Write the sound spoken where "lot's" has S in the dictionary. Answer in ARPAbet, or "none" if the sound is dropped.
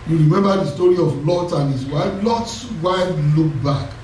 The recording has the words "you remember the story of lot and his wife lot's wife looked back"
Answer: S